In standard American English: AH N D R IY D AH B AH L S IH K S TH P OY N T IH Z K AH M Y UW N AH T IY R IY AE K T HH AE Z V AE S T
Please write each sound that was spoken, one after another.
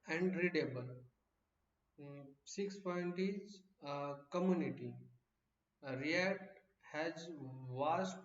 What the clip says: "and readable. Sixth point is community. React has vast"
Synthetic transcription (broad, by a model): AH N D R IY D AH B AH L S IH K S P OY N T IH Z K AH M Y UW N AH T IY R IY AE T HH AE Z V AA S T